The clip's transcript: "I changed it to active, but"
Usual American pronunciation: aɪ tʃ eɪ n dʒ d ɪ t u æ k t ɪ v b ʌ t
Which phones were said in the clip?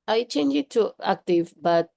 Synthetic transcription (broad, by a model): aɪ tʃ eɪ n dʒ ɪ t u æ k t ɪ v b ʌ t